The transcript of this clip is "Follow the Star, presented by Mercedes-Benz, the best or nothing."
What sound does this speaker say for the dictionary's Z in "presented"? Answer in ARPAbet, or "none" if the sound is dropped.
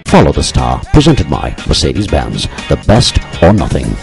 Z